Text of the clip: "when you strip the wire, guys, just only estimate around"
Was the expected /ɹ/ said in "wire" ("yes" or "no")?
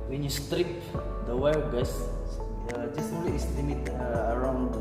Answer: no